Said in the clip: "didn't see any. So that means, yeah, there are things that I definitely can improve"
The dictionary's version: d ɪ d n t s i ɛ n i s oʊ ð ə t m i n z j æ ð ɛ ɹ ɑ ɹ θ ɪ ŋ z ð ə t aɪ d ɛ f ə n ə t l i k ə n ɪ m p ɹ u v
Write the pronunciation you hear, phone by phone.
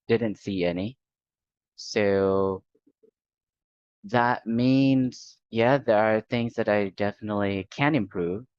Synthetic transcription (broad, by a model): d ɪ d n t s i ɛ n i s oʊ ð ə t m i n z j æ ð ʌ ɹ ɹ θ ɪ ŋ z ð ə t aɪ d ɛ f ə n ə t l i k ə n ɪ m p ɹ u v